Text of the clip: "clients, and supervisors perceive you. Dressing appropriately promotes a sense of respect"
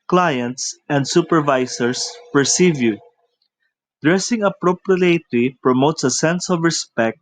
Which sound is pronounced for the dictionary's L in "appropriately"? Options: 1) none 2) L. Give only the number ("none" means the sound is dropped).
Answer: 1